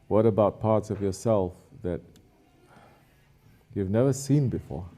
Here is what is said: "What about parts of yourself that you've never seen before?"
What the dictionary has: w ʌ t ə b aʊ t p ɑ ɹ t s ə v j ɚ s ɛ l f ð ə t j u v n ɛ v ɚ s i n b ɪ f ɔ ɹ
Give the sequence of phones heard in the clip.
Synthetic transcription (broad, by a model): w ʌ t ə b aʊ t p ɑ ɹ t s ə v j ɚ s ɛ l f ð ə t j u v n ɛ v ɚ s i n b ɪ f ɔ ɹ